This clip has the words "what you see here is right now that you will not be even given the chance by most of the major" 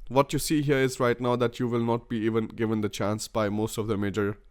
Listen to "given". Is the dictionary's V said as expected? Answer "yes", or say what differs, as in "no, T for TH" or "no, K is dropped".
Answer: yes